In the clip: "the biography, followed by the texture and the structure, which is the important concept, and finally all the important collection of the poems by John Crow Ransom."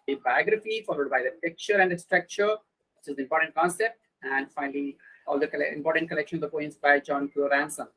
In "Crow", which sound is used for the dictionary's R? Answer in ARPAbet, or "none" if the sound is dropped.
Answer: none